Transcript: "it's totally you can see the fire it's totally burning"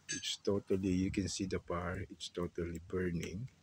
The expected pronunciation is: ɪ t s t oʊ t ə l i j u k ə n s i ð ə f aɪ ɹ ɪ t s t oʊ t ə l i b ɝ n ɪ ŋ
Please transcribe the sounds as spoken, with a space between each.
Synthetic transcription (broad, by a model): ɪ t s t oʊ t ə l i j u k ə n s i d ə p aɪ ɹ ɪ t s t oʊ t ə l i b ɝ n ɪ ŋ